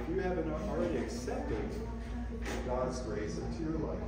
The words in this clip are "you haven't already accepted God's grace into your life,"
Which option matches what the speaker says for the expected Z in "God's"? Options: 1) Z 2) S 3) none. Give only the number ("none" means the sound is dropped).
1